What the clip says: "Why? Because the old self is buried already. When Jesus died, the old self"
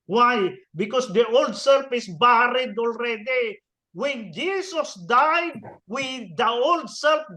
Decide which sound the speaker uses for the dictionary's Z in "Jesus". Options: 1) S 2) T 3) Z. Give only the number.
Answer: 1